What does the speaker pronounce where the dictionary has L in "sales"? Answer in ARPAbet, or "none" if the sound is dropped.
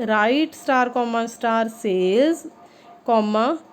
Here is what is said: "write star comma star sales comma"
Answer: none